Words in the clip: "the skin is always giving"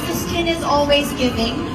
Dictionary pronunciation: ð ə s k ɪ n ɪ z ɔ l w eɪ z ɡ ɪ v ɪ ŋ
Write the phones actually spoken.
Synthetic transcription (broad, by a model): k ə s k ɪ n ɪ z ɔ l w eɪ z ɡ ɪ v ɪ ŋ